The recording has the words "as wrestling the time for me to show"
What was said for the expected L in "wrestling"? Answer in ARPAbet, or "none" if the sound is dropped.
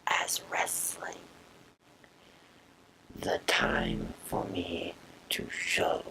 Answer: L